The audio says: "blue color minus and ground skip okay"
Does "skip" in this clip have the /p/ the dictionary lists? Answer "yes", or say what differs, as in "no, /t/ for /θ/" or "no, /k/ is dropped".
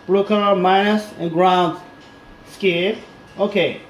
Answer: no, /p/ is dropped